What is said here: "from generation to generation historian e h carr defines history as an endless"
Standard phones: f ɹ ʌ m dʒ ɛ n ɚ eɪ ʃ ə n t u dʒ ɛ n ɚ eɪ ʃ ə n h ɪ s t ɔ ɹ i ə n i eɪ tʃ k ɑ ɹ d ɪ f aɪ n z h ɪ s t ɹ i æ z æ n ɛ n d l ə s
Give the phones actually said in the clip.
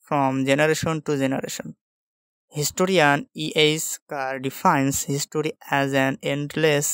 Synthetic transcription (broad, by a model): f ɹ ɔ m dʒ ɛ n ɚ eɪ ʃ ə n t u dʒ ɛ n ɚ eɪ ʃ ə n h ɪ s t ɔ ɹ i ə n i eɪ s k ɑ ɹ d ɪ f aɪ n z h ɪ s t ɹ i æ z æ n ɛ n d l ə s